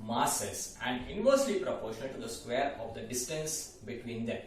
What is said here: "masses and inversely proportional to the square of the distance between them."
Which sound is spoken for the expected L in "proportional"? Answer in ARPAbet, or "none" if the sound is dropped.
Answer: N